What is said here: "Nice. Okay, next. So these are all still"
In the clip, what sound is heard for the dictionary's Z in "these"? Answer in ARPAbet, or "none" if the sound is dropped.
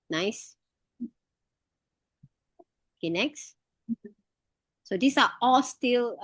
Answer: S